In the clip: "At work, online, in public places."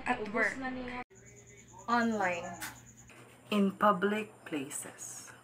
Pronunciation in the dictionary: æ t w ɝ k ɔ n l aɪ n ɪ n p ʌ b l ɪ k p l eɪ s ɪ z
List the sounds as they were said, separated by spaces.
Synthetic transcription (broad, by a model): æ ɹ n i ɔ n l aɪ n ɪ n p ʌ b l ɪ k p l eɪ s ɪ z